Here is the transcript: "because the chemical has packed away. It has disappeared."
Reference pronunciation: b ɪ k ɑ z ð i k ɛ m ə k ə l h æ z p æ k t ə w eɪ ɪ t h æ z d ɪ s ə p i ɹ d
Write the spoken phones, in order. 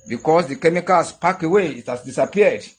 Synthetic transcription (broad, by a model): b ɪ k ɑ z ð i k ɛ m ə k ə l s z p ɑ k ə w eɪ ɪ t h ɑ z d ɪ s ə p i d